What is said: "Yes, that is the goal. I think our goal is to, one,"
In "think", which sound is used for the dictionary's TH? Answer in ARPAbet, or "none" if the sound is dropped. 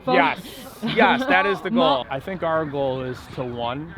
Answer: TH